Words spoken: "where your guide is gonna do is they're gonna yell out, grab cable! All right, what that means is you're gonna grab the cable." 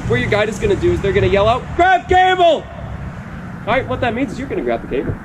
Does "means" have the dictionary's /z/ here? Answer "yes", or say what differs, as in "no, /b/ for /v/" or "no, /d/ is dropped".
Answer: yes